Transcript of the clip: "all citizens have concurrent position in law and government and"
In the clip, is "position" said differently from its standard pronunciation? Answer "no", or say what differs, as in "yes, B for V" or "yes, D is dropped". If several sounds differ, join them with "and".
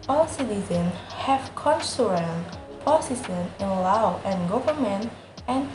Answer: yes, S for SH